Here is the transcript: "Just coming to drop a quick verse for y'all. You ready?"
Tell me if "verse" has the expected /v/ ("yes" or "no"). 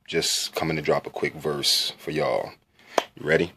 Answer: yes